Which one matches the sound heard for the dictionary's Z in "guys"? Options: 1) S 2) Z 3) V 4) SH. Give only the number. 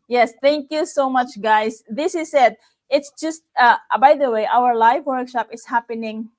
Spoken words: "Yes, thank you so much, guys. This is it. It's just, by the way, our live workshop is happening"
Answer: 1